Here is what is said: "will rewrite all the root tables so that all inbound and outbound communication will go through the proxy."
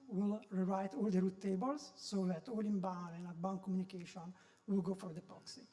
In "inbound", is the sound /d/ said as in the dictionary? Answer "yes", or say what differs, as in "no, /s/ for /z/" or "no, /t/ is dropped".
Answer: no, /d/ is dropped